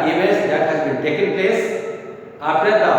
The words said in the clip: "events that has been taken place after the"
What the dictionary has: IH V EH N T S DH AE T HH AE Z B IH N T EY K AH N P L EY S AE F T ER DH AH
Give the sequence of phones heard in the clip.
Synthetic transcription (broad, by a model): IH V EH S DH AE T HH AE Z B IH N T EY K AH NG P L EY S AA P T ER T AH